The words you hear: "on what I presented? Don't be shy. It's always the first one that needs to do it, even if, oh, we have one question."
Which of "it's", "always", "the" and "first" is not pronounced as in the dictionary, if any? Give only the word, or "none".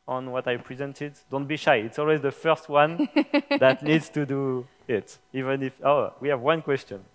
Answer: none